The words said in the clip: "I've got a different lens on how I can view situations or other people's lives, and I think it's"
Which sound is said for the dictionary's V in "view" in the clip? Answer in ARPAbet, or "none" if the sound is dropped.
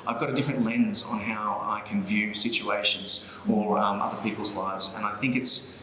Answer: V